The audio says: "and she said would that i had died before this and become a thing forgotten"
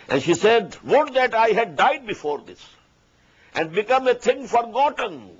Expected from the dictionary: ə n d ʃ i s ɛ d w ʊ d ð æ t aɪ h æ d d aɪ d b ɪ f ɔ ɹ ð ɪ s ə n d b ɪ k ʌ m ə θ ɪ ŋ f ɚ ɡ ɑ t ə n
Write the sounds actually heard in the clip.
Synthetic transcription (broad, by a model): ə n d ʃ i s ɛ d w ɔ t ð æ t aɪ h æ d d aɪ d b ɪ f ɔ ɹ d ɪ s ə n d b ɪ k ʌ m ə t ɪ ŋ f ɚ ɡ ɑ t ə n